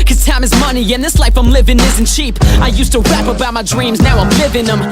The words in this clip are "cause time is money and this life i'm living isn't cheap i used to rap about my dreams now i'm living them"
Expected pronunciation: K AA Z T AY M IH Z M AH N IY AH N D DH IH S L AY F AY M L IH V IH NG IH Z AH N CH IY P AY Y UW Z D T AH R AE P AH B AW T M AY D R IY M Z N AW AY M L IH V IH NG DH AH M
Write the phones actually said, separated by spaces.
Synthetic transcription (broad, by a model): K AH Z T AY M IH Z M AH N IY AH N DH IH S L AY F AY M L IH V IH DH IH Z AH N CH IY P AY Y UW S T AH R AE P AH B AW T M AY D R IY M Z N AW AY M L IH V IH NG DH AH M